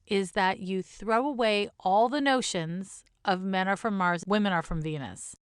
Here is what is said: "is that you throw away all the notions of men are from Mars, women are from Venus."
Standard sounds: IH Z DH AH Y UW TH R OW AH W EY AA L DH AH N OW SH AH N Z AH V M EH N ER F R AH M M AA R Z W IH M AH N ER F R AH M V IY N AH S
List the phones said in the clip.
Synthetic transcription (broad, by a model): IH Z DH AH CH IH TH R OW AH W EY AA L DH AH N OW SH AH N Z AH V M EH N ER F R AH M M AA R Z W IH M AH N ER F R AH M V IY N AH S